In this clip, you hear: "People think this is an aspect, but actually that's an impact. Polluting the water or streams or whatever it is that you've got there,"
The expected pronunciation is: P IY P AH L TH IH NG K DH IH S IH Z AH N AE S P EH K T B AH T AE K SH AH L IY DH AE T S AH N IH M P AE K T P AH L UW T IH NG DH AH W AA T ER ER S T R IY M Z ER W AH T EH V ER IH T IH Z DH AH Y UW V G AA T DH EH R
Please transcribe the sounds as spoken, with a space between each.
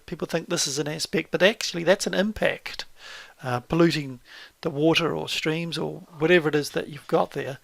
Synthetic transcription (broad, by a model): P IY P L TH IH NG K DH IH S IH Z AH N AE S P EH K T B AH T AE K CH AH L IY DH AE T S AH N IH M P AE K T P AH L UW T IH NG DH AH W AA T ER ER S T R IY M Z ER W AH T EH V ER IH T IH Z DH AH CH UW V G AA T DH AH R